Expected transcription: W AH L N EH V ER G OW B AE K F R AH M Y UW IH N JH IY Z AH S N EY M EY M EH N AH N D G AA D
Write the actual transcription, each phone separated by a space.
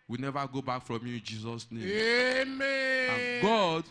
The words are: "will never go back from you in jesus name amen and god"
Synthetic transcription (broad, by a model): W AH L N EH V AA G OW B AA K F R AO M Y UW IH N JH IY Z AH S N EY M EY M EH AH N G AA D